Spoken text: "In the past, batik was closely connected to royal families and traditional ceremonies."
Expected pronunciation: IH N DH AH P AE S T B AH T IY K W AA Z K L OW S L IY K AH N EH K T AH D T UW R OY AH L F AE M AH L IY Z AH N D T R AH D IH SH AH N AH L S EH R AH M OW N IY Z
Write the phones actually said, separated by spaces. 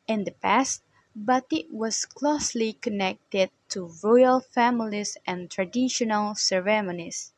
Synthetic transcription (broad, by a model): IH N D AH P AE S T B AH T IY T W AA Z K L OW S L IY K AH N EH K T AH D T UW R OY AH L F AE M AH L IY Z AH N T R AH D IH SH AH N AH L S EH R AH M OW N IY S